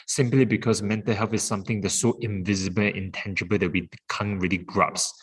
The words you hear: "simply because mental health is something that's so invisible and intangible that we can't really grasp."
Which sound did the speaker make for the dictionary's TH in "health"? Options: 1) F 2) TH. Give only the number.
1